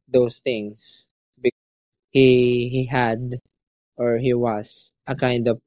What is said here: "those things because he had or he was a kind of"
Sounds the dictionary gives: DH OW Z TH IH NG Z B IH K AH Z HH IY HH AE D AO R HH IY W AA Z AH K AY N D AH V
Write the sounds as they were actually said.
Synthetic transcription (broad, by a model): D OW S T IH NG S B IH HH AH HH IY HH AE D AO R HH IY W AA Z AH K AY N D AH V